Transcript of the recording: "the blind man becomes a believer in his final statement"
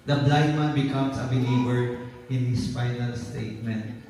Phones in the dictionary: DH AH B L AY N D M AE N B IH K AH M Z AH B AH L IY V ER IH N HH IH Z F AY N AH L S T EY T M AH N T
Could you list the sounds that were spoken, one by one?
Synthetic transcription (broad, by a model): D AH B L AY D M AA N B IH K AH M S AH B AH L IY V ER IH N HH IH S F AY N AH L S T EY T M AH N T